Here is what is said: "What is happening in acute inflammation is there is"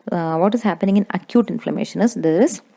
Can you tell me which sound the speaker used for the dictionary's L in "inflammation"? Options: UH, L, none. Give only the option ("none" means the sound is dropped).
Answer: L